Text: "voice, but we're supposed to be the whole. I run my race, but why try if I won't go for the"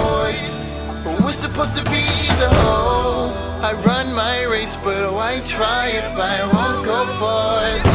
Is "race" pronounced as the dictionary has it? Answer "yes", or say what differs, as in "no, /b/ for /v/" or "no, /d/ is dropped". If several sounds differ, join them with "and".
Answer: yes